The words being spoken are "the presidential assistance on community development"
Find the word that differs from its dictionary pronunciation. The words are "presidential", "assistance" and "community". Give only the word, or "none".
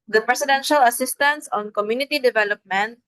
presidential